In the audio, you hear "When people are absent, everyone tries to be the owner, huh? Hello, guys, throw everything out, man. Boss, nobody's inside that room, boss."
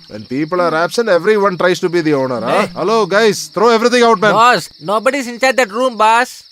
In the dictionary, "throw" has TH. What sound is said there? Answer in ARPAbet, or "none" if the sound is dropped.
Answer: T